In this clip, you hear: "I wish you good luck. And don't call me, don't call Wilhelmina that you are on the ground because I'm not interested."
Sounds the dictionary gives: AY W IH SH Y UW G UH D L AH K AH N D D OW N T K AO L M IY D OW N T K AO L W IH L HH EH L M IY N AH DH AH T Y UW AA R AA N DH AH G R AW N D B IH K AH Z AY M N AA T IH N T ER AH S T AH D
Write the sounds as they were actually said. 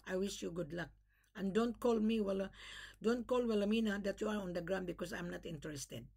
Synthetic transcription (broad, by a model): AY W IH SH Y UW G UH D L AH K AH N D D OW N T K AO L M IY D OW N T K AO L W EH L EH M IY N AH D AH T Y UW AA R AA N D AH G R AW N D B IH K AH S AY M N AA T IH N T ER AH S T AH D